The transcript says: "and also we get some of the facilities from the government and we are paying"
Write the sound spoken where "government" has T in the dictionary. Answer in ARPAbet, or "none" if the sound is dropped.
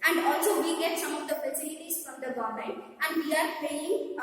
none